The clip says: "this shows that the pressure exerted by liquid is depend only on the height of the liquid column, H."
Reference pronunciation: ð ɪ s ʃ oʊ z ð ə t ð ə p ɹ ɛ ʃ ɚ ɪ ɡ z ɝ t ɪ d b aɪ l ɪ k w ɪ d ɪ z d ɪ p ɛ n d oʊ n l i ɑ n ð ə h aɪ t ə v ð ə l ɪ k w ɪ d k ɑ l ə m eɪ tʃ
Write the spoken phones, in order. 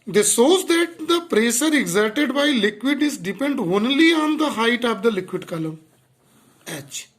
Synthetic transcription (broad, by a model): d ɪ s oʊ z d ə t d ə p ɹ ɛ s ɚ ɪ ɡ z ɝ t ɪ d b aɪ l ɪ k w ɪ d ɪ z d ɪ p ɛ n d oʊ n l i ɑ n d ə h aɪ t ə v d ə l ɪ k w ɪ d k ɑ l ə m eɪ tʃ